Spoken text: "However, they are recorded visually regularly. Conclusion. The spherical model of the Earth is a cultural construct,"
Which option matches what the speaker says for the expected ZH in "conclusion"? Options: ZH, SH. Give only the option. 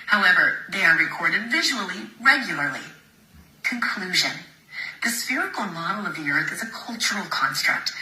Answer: ZH